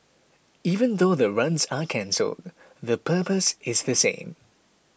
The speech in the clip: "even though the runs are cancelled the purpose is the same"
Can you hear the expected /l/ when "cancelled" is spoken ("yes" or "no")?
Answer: yes